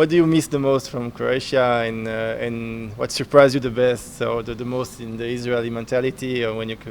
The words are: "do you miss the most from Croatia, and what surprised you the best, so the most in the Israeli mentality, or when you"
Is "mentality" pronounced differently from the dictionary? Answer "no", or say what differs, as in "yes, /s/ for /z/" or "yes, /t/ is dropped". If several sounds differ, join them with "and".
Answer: no